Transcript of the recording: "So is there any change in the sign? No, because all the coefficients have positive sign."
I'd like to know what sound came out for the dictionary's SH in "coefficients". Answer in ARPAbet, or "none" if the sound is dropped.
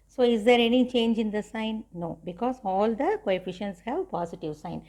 SH